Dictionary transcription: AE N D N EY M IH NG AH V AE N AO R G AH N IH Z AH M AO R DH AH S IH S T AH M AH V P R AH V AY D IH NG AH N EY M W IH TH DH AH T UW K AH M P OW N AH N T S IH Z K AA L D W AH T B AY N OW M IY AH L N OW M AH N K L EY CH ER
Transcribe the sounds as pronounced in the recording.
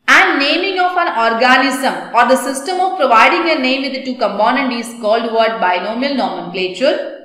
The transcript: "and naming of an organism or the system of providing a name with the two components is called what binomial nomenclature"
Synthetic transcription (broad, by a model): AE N D N EY M IH NG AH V AE N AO R G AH N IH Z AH M AO R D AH S IH S T AH M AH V P R AH V AY D IH NG AH N EY M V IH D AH T UW K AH M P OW N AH N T IH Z K AA L D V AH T B AY N OW M IY AH L N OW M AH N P L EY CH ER